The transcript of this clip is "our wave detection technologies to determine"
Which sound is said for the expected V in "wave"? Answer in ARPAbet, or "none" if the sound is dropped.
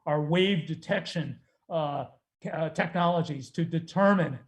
V